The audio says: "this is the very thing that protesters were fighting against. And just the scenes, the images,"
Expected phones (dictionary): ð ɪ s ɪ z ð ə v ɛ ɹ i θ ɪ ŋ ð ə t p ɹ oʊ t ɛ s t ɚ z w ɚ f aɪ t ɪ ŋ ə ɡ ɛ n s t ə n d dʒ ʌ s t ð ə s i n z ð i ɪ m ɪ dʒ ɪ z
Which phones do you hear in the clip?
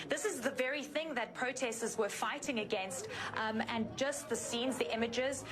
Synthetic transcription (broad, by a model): ð ɪ s ɪ z ð ə v ɛ ɹ i θ ɪ ŋ ð ə t p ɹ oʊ t ɛ s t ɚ z w ɚ f aɪ t ɪ ŋ ə ɡ ɛ n s t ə n dʒ ʌ s t ð ə s i n z ð i ɪ m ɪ dʒ ɪ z